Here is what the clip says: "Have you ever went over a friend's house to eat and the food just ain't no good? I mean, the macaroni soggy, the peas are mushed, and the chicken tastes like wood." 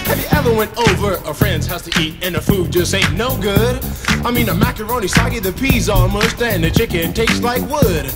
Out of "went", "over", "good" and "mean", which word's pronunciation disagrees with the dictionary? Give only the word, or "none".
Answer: none